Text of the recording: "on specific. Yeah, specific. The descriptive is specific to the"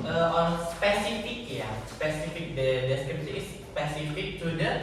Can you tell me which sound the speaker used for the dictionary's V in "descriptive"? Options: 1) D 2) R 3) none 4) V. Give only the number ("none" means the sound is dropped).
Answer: 3